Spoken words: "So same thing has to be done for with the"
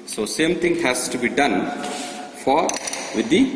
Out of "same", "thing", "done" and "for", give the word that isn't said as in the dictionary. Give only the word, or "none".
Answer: thing